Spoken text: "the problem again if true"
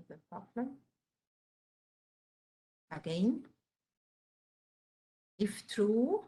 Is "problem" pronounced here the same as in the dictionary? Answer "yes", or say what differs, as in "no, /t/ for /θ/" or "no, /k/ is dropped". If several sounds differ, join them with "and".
no, /ɹ/ is dropped and /m/ is dropped